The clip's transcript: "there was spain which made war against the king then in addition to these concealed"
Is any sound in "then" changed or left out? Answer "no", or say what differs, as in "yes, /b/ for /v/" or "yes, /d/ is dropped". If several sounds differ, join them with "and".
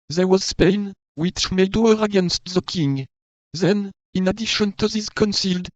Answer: no